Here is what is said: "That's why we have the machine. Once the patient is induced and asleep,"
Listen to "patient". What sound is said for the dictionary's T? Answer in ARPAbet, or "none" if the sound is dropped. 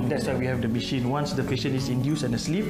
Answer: none